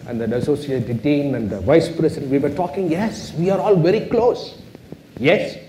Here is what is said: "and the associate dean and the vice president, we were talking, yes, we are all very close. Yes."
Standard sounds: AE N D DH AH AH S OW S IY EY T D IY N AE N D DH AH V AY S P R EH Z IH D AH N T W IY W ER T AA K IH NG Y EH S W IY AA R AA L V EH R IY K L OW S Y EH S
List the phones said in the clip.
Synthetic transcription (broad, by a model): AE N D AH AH S OW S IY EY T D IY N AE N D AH V AY S P R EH S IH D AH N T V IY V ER T AA K IH NG Y EH S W IY AA R AA L V EH R IY K L OW S Y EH S